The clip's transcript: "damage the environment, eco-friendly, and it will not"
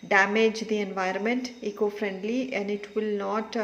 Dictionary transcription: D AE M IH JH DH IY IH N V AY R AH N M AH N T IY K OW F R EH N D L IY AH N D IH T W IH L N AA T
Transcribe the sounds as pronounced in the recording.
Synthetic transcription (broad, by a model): D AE M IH JH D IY IH N V AY R AH N M AH N T IY K OW F R EH N D L IY AH N D IH T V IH L N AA T